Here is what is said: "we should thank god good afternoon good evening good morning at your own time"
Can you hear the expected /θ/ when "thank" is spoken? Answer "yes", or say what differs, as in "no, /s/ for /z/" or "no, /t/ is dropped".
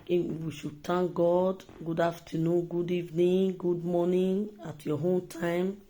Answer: no, /t/ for /θ/